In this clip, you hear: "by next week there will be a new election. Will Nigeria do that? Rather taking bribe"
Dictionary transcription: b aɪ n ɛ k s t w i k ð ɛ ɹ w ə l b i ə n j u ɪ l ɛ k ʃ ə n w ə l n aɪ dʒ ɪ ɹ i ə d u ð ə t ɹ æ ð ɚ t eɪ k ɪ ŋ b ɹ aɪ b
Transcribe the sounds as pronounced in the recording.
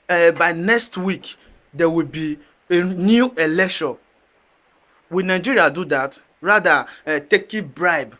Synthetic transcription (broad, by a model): b aɪ n ɛ k s t w i k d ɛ w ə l b i ə n j u ɪ l ɛ k ʃ ə n w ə n aɪ dʒ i ɹ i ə d u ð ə t ɹ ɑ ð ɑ t eɪ k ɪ b ɹ aɪ b